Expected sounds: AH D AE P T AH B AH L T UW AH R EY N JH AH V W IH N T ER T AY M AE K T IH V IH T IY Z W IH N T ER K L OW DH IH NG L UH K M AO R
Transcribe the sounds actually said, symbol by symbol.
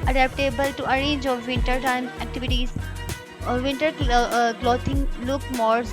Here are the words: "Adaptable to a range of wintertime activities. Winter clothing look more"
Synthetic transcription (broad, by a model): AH D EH P T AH B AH L T UW AH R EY JH AH V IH N T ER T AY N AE K T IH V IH T IY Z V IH N T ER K L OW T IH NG L UH K M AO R